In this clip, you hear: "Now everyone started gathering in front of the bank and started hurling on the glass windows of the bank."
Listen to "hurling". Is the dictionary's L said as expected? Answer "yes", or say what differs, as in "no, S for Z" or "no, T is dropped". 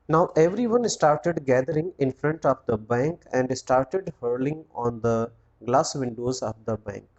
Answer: yes